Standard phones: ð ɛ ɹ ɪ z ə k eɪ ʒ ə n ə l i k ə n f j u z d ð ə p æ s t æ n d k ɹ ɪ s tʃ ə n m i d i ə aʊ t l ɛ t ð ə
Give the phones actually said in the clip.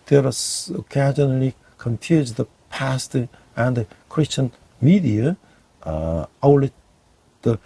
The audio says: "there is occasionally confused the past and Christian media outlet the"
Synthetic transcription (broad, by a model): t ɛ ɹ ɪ s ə k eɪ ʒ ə n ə l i k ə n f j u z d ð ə p æ s t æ n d k ɹ ɪ s tʃ ə n m i d i ə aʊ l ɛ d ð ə